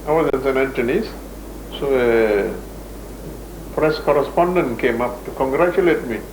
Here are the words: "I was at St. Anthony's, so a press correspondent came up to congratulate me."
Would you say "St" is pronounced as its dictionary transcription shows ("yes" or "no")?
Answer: no